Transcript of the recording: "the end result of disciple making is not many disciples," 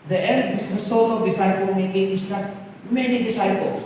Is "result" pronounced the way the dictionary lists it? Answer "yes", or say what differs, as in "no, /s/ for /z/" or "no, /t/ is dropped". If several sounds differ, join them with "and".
no, /s/ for /z/